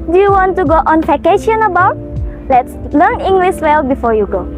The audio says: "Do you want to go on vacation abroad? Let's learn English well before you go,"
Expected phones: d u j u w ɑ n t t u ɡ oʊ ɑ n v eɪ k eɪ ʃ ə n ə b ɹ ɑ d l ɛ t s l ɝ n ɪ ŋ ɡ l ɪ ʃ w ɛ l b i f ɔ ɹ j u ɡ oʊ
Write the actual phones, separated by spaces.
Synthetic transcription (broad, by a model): d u j u w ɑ n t t u ɡ oʊ ɑ n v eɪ k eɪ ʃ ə n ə b ɑ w l ɛ t s l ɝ n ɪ ŋ ɡ l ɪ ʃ w ɛ l b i f ɔ j u ɡ oʊ